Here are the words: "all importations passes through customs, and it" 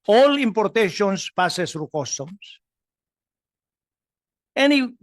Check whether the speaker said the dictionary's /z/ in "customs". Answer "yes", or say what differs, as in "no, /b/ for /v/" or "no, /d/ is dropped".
no, /s/ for /z/